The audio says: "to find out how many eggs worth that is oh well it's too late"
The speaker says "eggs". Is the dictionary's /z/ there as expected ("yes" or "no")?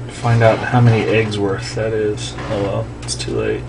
yes